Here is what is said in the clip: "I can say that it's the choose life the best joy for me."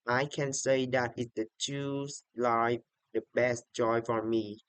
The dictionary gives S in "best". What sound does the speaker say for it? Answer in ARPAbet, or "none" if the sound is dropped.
S